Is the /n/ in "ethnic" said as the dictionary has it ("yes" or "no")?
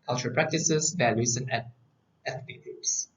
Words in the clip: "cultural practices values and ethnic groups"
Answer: no